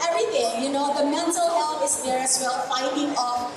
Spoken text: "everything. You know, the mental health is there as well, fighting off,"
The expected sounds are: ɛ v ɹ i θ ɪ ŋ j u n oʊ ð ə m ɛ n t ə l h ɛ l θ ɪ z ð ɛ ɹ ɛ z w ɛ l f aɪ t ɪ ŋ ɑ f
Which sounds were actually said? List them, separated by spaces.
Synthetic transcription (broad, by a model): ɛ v ɹ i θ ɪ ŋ j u n oʊ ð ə m ɛ n t ə l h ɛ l f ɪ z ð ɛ ɹ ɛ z w ɛ l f aɪ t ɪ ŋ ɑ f